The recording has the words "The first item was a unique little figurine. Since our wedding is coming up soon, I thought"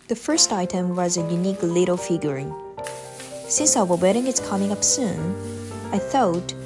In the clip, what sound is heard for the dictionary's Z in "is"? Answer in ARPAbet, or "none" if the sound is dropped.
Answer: S